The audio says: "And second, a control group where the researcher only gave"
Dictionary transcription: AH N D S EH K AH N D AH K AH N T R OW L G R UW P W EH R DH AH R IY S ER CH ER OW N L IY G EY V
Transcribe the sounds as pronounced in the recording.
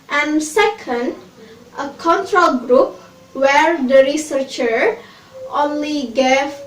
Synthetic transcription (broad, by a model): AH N S EH K AH N D AH K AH N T R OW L G R UW P W EH R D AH R IY S ER CH ER OW N L IY G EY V